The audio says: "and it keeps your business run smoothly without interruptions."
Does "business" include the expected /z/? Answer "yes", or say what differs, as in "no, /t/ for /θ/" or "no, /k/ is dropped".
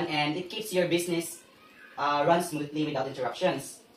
no, /s/ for /z/